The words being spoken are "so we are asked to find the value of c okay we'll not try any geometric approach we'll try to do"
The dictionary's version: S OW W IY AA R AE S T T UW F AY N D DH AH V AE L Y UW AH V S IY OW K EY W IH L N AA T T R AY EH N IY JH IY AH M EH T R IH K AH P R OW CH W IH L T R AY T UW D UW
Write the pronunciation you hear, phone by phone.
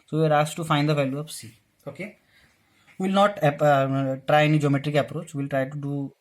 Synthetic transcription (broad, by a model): S OW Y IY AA R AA S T T UW F AY N D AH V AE L Y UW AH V S IY OW K EY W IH L N AA T T R AY EH N IY JH IY AH M EH T R IH K AH P R OW CH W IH L T R AY T UW D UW